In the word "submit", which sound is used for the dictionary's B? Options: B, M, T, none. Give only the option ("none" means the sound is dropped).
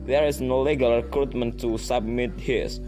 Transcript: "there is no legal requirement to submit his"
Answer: B